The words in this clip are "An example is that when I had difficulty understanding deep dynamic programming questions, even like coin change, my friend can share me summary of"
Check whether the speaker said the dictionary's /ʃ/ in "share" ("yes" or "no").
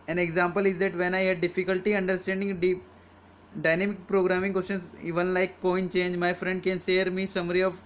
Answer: no